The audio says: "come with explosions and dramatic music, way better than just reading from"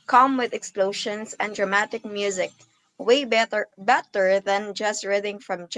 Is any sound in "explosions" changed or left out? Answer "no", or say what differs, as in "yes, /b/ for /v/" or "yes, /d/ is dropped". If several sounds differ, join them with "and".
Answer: yes, /ʃ/ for /ʒ/